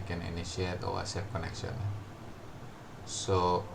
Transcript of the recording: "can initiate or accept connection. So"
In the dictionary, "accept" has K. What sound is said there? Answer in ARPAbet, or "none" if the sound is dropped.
none